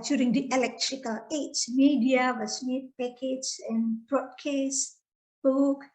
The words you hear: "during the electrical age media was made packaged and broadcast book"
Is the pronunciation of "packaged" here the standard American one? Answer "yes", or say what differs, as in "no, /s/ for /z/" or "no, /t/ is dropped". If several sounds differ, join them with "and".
no, /d/ is dropped